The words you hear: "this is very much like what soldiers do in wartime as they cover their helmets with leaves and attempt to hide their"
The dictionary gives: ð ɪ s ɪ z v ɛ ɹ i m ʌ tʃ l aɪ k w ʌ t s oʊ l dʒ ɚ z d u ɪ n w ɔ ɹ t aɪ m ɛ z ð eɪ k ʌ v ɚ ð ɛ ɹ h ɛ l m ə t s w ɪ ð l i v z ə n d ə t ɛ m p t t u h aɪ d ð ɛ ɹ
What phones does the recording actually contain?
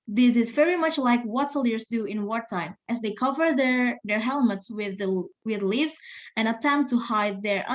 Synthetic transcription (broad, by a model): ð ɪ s ɪ z v ɛ ɹ i m ʌ tʃ l aɪ k w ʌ t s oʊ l ɚ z d u ɪ n w ɔ ɹ t aɪ m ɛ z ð eɪ k ʌ v ɚ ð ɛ ɹ h ɛ l m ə t s w ɪ ð l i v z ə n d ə t ɛ m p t t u h aɪ d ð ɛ ɹ